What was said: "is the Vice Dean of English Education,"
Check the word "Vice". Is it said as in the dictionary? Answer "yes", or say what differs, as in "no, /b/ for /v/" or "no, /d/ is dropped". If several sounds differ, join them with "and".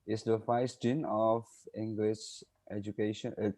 no, /f/ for /v/